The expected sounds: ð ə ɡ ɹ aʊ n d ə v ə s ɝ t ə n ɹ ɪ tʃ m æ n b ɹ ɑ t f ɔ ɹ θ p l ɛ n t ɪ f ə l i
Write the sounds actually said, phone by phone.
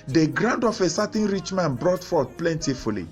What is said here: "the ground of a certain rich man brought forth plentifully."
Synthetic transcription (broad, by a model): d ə ɡ ɹ aʊ n d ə f ə s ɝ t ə n ɹ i tʃ m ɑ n b ɹ ɑ t f ɔ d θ p l ɛ n t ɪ f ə l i